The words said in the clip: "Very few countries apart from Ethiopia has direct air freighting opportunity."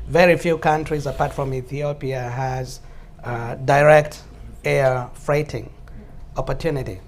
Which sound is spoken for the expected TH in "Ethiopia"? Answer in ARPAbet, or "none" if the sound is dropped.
TH